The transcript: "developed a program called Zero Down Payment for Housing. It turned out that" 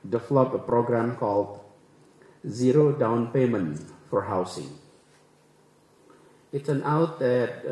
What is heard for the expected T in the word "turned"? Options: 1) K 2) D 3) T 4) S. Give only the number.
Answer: 4